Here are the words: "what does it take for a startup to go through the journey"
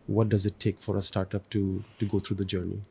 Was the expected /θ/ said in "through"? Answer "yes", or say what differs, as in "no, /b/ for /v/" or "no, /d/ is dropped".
no, /t/ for /θ/